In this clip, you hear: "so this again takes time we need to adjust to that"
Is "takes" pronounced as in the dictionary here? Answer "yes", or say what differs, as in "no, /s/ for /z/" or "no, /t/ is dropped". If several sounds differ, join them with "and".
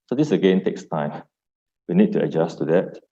yes